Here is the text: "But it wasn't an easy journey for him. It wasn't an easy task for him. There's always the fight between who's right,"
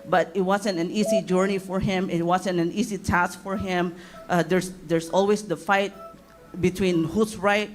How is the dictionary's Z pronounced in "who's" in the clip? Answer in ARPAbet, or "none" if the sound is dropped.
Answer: S